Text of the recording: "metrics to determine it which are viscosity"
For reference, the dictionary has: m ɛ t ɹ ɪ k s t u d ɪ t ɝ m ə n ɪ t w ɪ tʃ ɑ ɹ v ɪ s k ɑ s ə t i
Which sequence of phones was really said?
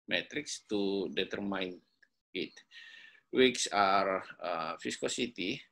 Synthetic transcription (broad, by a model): m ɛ t ɹ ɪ k s t u d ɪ t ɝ m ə n ɪ t w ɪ s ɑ ɹ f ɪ s k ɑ s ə t i